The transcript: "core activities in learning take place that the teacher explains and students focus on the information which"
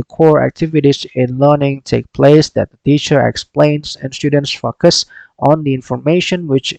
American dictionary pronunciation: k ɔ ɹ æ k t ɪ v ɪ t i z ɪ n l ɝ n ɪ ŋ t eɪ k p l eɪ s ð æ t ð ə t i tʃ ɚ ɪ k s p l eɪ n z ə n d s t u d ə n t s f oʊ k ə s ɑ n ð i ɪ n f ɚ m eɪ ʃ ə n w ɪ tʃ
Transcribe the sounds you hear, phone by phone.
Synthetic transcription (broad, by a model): k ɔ ɹ æ k t ɪ v ɪ t i z ɪ n l ɝ n ɪ ŋ t eɪ k p l eɪ s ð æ t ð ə t i tʃ ɚ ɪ k s p l eɪ n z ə n s t u d ə n t s f oʊ k ə s ɑ n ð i ɪ n f ɚ m eɪ ʃ ə n w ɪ tʃ